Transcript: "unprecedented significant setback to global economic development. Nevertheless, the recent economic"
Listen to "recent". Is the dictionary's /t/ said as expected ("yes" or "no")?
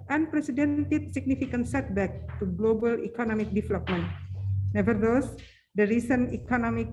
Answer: no